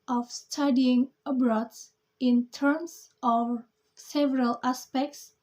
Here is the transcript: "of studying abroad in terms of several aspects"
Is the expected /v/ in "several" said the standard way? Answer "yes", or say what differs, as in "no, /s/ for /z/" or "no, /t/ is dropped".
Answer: yes